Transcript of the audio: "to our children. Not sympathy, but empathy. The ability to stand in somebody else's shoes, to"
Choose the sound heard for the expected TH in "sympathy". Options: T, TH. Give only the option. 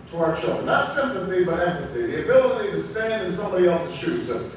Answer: TH